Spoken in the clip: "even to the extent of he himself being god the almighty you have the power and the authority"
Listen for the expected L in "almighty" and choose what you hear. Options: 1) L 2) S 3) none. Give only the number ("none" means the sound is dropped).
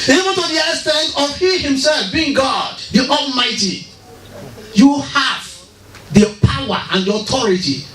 1